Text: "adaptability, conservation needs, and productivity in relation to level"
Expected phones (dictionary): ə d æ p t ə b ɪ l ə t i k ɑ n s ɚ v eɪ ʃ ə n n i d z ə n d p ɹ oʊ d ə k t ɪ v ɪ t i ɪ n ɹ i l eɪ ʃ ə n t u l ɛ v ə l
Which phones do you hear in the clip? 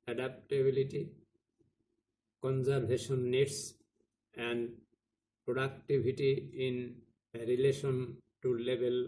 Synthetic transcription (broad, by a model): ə d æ p t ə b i l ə t i k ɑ n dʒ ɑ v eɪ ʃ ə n n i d s ə n d p ɹ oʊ d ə k t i b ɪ t i ɪ n ɹ i l eɪ ʃ ə n t u l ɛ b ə l